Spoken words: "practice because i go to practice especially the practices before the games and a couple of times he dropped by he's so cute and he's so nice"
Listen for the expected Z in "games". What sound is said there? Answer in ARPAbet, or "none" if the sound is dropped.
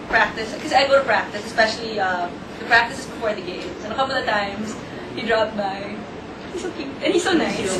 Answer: S